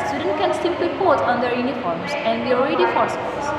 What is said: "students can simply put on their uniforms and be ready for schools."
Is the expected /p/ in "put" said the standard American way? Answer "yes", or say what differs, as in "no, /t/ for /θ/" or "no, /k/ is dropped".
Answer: no, /b/ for /p/